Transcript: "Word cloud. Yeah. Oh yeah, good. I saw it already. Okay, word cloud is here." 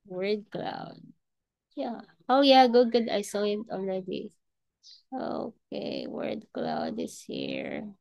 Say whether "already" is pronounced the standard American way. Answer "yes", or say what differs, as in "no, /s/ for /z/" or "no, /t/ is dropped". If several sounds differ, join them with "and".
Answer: no, /l/ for /ɹ/